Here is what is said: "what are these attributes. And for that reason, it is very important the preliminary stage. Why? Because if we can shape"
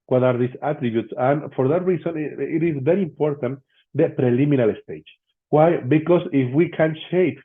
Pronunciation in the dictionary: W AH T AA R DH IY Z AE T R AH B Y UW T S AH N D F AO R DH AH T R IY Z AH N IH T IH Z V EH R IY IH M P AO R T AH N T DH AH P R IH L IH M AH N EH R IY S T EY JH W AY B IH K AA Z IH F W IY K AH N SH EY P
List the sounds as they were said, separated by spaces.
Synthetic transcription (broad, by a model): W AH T AA R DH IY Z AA T R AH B Y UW T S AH N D F AO R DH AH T R IY S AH N IH T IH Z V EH R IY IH M P AO R T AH N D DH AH P R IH L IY M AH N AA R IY S T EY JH W AY B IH K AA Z IH F W IY K AH N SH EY P